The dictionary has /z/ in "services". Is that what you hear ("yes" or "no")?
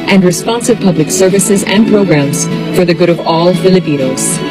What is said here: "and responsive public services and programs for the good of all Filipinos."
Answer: yes